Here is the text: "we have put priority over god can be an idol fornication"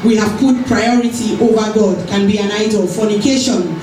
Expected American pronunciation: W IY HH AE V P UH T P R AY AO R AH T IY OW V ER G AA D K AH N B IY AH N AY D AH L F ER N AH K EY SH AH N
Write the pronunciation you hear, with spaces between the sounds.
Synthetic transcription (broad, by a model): W IY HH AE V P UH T P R AY AO R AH T IY OW V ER G AA D K AH N B IY AH N AY D AH L F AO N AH K EY SH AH N